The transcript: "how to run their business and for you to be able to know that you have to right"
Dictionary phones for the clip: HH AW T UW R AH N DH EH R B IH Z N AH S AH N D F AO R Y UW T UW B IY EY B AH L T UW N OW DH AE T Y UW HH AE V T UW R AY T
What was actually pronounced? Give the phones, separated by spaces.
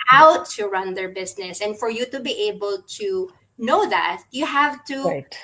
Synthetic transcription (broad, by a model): AW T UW R AH N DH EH R B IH S N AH S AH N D F AO R Y UW T UW B IY EY B AH L T UW N OW DH AE T Y UW HH AE V T UW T